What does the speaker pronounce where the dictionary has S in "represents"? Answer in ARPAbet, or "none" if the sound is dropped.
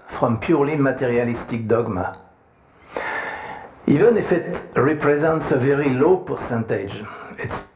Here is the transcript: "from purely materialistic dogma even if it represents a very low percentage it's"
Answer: S